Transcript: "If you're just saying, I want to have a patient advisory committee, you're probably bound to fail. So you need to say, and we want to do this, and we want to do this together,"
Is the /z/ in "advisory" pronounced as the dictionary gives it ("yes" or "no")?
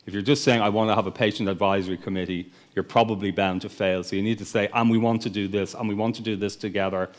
yes